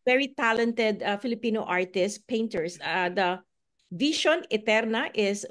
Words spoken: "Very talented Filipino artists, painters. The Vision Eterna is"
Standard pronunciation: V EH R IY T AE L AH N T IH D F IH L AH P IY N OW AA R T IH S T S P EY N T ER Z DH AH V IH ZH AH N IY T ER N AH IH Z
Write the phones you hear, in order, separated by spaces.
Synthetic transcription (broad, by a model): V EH R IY T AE L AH N T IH D F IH L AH P IY N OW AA R T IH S S P EY N T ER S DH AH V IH SH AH N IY T ER N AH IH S